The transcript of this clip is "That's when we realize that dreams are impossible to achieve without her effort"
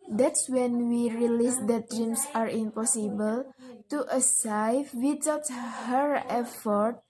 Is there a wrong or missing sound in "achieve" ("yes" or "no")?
yes